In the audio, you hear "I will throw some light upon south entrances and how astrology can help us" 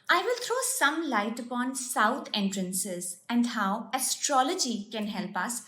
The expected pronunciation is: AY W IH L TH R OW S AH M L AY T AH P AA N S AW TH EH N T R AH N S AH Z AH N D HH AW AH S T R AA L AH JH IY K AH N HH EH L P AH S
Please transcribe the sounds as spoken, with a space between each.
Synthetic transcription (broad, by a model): AY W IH L T R OW S AH M L AY T AH P AA N S AW T EH N T R AH N S AH Z AH N D HH AW AH S T R AA L AH JH IY K AH N HH EH L P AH S